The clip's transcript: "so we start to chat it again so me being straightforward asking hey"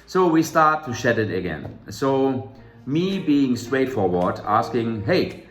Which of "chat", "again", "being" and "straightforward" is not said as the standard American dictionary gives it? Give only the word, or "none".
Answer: chat